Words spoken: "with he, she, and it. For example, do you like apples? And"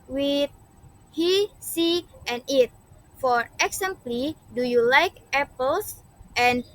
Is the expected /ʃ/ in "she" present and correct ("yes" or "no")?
no